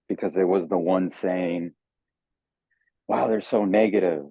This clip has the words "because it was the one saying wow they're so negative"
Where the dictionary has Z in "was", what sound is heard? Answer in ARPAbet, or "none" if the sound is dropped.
Z